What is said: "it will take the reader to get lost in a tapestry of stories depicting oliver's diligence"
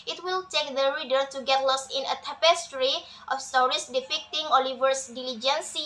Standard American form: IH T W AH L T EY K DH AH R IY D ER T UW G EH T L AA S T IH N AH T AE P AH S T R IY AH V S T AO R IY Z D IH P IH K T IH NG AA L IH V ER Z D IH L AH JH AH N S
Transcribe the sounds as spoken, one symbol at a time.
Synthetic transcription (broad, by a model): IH T W AH L T EY K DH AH R IY D ER T UW G EH T L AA S IH N AH T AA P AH S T R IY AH F S T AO R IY S D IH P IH K T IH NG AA L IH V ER S D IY L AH JH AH N S